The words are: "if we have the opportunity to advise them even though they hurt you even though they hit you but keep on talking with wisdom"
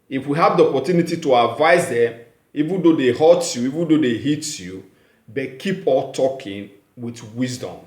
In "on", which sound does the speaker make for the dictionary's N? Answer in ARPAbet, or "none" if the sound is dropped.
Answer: L